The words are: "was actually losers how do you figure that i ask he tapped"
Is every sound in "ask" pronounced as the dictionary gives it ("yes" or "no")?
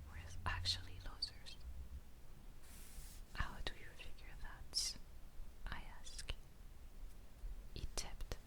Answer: yes